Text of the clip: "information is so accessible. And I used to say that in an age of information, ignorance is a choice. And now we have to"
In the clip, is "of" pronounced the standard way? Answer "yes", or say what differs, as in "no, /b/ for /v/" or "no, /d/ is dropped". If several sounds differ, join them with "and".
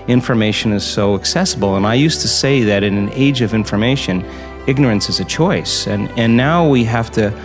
yes